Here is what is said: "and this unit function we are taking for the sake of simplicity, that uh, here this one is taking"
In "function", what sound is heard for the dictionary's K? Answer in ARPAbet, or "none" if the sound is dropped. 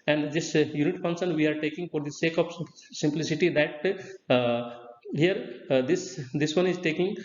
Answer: none